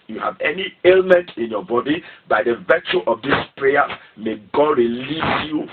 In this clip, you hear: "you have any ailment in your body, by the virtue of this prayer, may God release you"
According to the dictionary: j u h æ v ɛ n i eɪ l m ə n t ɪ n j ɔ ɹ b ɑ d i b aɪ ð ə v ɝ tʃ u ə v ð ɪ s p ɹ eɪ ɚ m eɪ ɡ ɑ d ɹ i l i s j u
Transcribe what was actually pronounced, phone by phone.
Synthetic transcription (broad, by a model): j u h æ v ɛ n i eɪ l m ə n t ɪ n j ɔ b ɑ d i b aɪ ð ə v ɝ tʃ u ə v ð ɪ s p ɹ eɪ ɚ m eɪ ɡ ɑ d ɹ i l i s j u